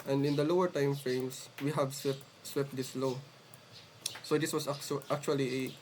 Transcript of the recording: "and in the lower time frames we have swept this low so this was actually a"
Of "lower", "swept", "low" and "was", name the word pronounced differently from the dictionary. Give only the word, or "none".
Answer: was